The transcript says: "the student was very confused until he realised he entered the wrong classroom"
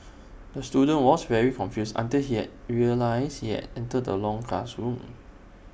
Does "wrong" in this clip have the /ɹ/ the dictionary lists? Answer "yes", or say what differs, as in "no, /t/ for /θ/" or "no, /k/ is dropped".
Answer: no, /l/ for /ɹ/